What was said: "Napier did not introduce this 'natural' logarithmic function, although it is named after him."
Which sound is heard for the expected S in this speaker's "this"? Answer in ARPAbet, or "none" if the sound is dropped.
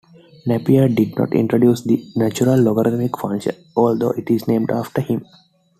none